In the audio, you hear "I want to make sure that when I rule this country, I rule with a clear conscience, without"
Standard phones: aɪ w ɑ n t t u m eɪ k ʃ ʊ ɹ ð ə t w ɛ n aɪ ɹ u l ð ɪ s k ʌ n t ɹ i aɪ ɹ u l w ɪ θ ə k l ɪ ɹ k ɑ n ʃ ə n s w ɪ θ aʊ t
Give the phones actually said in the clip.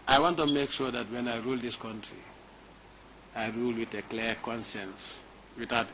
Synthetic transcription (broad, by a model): aɪ w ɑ n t t u m eɪ k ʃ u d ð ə t w ɛ n aɪ ɹ u l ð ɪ s k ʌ n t ɹ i aɪ ɹ u l w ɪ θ ə k l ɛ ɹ k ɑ n s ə n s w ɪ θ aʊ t